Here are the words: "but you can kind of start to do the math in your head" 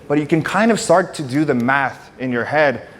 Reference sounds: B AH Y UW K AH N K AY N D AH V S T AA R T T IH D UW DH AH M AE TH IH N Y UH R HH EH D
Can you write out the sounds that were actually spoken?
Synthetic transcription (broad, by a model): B AH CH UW K N K AY N D AH V S T AA R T T IH D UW DH AH M AE TH IH N Y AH R HH EH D